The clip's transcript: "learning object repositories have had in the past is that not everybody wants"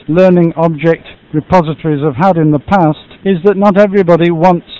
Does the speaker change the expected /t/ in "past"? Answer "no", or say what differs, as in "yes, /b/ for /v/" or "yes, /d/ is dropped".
no